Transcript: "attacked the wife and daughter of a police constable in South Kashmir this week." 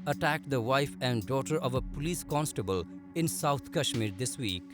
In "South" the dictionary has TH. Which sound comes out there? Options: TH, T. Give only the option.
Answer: T